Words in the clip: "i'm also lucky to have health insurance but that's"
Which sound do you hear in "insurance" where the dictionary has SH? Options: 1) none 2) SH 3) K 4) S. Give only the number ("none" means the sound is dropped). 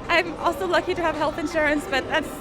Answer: 2